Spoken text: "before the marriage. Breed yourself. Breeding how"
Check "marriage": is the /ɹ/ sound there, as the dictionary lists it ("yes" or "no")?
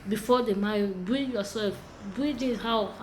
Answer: no